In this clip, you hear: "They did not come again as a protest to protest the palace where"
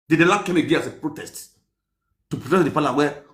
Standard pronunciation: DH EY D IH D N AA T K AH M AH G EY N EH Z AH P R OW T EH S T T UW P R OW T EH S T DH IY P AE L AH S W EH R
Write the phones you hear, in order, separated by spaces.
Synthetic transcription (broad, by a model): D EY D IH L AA K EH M AH G EY N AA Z AH P R OW T EH S T T UW P R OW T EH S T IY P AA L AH W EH